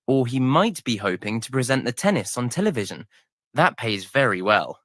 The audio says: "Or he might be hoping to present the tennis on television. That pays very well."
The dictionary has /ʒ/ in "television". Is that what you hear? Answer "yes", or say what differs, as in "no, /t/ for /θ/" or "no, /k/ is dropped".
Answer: yes